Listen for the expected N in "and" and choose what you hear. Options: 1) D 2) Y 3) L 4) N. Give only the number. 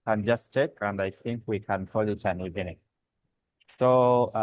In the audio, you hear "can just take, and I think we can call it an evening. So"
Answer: 4